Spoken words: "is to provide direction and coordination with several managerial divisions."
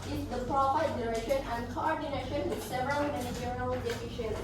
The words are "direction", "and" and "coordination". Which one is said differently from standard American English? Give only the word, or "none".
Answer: direction